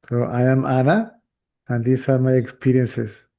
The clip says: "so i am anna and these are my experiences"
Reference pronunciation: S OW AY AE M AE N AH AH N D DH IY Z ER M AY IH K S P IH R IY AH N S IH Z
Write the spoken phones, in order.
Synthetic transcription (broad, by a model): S OW AY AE M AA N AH AH N D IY S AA M AY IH K S P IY R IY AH N S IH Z